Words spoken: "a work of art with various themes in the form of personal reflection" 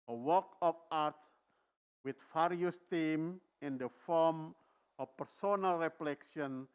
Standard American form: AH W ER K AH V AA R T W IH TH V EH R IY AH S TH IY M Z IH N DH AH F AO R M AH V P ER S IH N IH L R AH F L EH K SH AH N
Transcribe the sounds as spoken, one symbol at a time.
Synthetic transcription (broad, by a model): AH W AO K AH F AA R T W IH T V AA R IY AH S T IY M IH N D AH F AO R M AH F P ER S IH N IH L R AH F L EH K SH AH N